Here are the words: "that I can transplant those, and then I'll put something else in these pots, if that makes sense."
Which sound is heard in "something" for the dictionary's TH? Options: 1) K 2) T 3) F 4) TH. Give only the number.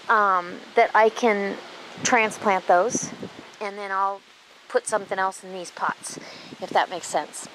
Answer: 4